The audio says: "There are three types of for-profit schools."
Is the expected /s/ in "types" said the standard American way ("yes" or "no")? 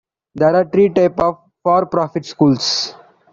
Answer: no